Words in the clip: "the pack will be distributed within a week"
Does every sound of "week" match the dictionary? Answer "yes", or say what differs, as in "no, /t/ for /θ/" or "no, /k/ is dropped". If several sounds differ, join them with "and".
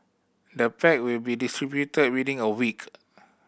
yes